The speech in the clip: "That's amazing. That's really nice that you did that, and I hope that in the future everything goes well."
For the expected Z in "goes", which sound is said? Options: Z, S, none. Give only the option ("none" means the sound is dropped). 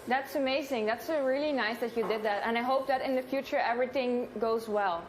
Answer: Z